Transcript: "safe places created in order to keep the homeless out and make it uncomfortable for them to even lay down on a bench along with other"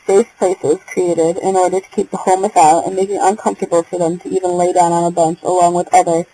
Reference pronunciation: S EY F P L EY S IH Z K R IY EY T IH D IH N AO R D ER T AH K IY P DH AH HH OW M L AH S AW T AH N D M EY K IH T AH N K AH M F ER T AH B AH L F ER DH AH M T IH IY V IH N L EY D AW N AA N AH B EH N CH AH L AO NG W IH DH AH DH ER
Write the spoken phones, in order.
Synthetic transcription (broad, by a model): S EY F P L EY S IH Z K R IY EY T IH D IH N AO R D ER T AH K IY P DH AH HH OW M AH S AW T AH N M EY K IH T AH N K AH M F T AH B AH L F ER DH AH M T IH IY V IH N L EY D AW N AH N AH B EH N CH AH L AO NG W IH DH AH DH ER